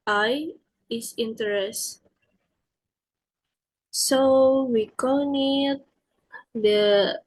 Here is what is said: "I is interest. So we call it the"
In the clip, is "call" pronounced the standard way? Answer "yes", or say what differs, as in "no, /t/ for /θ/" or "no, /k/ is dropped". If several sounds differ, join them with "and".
no, /n/ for /l/